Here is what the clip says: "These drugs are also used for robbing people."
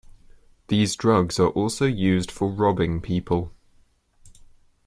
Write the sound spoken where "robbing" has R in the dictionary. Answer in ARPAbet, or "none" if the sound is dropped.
R